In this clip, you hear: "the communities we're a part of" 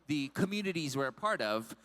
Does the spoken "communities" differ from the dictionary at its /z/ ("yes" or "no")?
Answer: no